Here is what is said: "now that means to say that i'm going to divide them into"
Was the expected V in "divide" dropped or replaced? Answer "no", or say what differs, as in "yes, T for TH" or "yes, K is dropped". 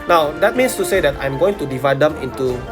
no